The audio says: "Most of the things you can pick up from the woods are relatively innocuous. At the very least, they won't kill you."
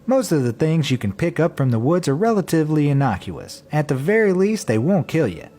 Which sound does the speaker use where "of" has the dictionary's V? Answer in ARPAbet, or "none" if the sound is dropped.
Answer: V